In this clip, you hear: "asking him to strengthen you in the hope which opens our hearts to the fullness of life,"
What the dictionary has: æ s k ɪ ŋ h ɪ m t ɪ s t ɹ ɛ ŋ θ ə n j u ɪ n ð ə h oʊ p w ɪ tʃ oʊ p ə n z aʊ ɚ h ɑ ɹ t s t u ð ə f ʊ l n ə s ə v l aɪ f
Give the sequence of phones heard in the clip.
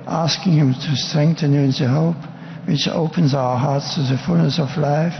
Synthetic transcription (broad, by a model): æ s k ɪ ŋ h ɪ m t ɪ s t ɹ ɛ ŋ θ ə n j u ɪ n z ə h oʊ p w ɪ tʃ oʊ p ə n z aʊ ɚ h ɑ ɹ t s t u ð ə f ʊ l n ə s ə v l aɪ f